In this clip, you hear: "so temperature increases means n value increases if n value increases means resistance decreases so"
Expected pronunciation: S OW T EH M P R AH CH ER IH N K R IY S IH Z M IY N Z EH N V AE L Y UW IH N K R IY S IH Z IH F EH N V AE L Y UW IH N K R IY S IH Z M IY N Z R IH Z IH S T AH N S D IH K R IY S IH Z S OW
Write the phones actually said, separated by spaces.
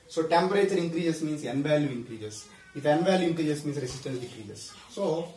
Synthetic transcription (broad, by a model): S OW T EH M P R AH CH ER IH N K R IY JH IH S M IY N S EH N V AE L Y UW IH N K R IY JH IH S IH F EH N V AE L Y UW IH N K R IY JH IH S M IY N S R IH S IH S T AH N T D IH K R IY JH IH S OW